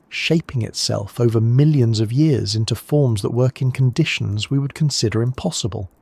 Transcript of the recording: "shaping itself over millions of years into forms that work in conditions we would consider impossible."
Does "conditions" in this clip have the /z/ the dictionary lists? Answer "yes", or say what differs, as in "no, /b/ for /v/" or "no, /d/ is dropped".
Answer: yes